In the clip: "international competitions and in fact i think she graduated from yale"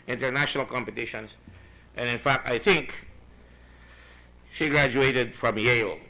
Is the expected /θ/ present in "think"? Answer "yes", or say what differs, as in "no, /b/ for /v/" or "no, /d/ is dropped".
yes